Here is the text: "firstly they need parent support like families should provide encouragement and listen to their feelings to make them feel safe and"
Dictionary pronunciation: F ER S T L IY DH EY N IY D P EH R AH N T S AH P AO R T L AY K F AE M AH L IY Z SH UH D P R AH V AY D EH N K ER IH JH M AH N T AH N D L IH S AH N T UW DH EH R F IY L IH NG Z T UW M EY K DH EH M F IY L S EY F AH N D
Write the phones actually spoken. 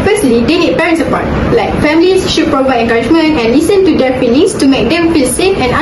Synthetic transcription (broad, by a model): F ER S T L IY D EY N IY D P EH R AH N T S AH P AO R T L AY K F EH M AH L IY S SH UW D P R AH V AY D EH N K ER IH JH M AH N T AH N L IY S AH N T UW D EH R F IY L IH NG S T UW M EY K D EH M F IY L S EY F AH N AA